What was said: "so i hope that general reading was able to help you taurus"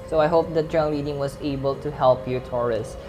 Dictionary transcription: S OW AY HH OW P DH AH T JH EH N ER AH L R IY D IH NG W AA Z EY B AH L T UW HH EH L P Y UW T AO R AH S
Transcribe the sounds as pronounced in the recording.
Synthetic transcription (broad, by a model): S OW AY HH OW P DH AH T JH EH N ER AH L L IY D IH NG W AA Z EY B AH L T UW HH EH L P Y UW T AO R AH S